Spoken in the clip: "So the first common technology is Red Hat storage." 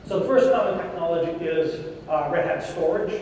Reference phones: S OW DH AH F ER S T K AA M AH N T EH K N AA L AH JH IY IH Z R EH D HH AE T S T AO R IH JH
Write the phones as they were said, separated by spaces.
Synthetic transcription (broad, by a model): S OW DH AH F ER S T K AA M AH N T EH K N AA L AH JH IY IH Z R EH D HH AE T S T AO R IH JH